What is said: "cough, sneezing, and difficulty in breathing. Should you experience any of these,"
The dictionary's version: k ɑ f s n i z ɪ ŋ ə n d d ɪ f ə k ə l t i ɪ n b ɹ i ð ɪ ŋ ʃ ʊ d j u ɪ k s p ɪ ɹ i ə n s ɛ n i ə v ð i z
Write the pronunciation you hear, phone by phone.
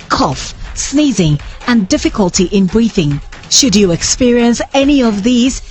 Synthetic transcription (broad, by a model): k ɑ f s n i z ɪ ŋ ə n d d ɪ f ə k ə l t i ɪ n b ɹ i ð ɪ ŋ ʃ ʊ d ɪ ɪ k s p ɪ ɹ i ə n s ɛ n i ə v ð i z